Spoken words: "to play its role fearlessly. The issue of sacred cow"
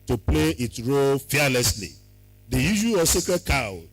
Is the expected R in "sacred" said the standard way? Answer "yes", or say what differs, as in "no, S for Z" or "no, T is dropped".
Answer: no, R is dropped